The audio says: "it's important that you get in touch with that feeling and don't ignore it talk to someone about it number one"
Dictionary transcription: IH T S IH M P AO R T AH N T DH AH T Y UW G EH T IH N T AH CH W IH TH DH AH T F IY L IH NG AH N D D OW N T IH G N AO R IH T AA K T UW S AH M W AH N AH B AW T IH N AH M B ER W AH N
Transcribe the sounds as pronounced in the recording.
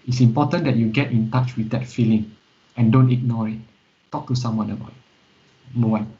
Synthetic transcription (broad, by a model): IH T S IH M P AO T AH N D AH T Y UW G EH T IH N T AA CH W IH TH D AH T F IY L IH NG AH N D D OW N T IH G N AO R IH T AA K T UW S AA M W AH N AH B AW T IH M ER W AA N